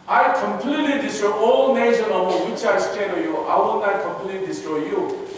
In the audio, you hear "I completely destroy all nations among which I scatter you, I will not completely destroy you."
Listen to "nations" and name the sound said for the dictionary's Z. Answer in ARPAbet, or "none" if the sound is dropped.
none